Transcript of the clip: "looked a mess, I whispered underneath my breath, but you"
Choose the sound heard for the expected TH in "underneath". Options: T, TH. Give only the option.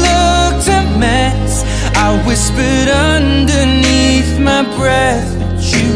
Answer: TH